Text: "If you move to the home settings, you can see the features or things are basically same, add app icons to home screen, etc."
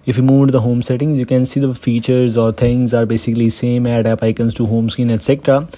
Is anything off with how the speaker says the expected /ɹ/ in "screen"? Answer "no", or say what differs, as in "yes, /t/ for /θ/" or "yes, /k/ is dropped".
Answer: yes, /ɹ/ is dropped